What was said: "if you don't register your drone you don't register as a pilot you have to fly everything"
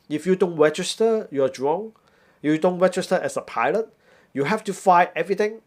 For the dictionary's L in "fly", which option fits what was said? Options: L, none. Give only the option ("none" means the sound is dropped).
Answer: none